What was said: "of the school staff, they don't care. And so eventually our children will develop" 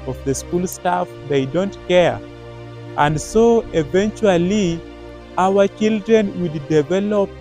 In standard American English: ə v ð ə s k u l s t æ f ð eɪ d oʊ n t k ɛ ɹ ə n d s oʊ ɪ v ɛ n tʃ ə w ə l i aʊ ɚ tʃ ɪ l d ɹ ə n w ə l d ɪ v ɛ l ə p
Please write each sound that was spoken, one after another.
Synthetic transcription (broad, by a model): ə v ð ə s k u l s t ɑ f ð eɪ d oʊ n t k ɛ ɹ ə n d s oʊ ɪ v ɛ n tʃ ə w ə l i aʊ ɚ tʃ ɪ l d ɹ ə n w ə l d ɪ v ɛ l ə p